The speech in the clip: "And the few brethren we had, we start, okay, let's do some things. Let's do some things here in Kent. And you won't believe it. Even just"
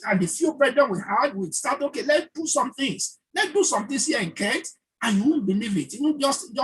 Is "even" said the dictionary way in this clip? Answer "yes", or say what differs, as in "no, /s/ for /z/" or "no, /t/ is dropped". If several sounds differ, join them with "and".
no, /w/ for /v/